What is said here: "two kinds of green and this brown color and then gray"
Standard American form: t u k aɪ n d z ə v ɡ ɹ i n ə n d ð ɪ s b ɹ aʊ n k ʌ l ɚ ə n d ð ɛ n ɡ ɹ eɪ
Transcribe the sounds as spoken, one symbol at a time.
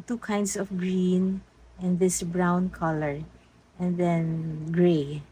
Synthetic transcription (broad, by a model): t u k aɪ n d s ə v ɡ ɹ i n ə n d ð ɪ s b ɹ aʊ n k ʌ l ɚ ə n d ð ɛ n ɡ ɹ eɪ